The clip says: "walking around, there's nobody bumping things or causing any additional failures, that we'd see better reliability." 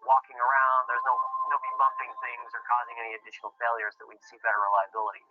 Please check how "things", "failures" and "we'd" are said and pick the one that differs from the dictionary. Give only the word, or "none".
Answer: none